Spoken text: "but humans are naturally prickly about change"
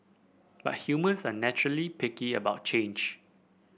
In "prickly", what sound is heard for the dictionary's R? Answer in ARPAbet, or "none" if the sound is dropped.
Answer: none